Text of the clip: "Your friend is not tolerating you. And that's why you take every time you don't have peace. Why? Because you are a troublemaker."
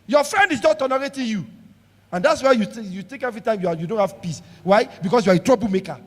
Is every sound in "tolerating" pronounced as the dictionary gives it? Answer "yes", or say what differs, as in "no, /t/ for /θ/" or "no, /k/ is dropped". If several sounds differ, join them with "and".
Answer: no, /n/ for /l/